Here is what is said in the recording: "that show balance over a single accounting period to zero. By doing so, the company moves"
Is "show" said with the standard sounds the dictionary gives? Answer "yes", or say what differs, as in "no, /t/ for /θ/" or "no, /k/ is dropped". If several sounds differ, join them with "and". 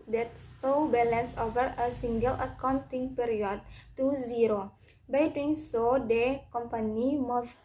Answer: no, /s/ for /ʃ/